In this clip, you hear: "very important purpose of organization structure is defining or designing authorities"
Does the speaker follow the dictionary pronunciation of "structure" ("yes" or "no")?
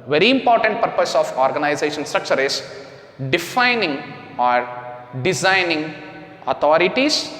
yes